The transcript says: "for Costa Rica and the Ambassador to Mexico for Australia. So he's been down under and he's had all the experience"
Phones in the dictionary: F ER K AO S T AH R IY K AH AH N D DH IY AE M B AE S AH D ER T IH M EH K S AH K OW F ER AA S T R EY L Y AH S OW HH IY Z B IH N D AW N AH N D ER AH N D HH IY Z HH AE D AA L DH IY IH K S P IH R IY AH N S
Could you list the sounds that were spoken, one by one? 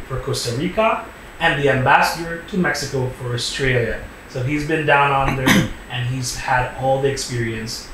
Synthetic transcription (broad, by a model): F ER K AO S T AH R IY K AH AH N DH IY AE M B AE S AH D ER T IH M EH K S AH K OW F ER AA S T R EY L Y AH S OW HH IY Z B IH N D AW N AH N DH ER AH N HH IY Z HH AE D AA L DH IY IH K S P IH R IY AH N S